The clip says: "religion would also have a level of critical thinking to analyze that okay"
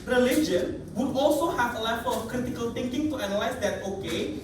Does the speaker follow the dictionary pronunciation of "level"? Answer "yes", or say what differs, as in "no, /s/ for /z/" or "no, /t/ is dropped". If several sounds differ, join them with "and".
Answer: no, /f/ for /v/